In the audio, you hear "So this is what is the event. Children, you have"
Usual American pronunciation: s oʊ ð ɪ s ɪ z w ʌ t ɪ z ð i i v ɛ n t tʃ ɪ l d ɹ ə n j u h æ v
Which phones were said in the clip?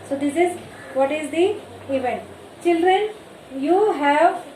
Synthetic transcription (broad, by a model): s oʊ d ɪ s ɪ z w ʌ t ɪ z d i i v ɛ n t tʃ ɪ l d ɹ ə n j u h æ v